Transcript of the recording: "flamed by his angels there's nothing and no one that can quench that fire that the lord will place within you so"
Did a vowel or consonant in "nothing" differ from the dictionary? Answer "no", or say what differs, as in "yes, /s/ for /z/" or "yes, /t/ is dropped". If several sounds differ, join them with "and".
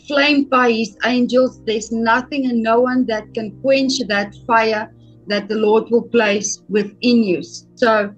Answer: no